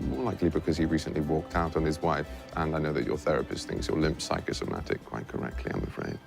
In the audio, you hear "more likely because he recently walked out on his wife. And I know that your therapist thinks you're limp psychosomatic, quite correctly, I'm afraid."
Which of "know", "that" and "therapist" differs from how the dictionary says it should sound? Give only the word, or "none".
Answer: none